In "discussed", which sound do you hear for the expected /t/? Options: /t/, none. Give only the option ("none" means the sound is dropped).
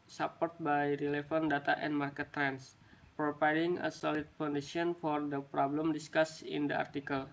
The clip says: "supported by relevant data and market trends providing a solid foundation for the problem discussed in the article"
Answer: none